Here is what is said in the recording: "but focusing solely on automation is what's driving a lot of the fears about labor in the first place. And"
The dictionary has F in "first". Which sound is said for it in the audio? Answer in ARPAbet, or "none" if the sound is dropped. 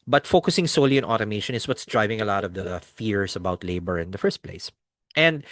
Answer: F